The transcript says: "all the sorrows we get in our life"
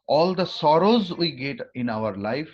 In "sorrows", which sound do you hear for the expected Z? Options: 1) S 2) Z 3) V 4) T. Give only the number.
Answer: 2